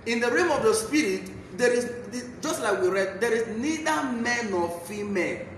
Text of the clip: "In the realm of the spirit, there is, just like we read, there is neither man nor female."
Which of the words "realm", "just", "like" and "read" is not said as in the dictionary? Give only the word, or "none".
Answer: realm